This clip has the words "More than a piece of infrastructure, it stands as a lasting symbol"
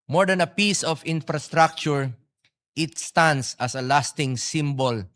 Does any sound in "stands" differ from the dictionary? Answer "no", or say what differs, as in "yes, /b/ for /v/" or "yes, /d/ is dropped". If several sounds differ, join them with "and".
yes, /s/ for /z/